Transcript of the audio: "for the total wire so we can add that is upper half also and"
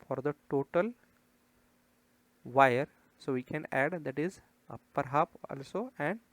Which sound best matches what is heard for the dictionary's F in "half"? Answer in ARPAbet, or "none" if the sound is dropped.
P